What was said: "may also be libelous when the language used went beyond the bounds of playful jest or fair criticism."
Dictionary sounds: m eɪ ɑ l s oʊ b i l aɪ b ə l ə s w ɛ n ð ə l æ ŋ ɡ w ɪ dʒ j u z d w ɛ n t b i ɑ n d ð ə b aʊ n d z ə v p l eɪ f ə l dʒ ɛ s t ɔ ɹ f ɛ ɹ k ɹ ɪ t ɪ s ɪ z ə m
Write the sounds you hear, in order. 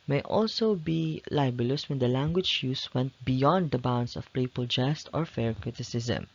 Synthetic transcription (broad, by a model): m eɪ ɑ l s oʊ b i l aɪ b ə l ə s w ɛ n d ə l æ ŋ ɡ w ɪ dʒ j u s w ɛ n t b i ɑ n d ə b aʊ n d s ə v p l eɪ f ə l dʒ ɛ s t ɔ ɹ f ɛ ɹ k ɹ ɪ t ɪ s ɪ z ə m